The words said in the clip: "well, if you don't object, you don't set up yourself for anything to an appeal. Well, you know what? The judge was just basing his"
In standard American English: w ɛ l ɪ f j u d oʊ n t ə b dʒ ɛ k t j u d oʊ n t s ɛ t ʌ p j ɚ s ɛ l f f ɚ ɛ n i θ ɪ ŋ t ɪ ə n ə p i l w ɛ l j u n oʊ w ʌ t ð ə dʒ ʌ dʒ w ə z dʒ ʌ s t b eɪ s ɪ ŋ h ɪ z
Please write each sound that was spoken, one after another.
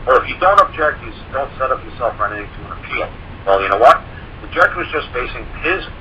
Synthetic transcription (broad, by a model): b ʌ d ɪ f j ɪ d oʊ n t ə b dʒ ɛ k t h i d oʊ n t s ɛ t ʌ p j ɚ s ɛ l f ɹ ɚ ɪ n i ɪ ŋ t ɪ ə n ə p i l w ɛ l j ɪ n oʊ w ʌ t ð ə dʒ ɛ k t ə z dʒ ʌ s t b eɪ s ɪ ŋ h ɪ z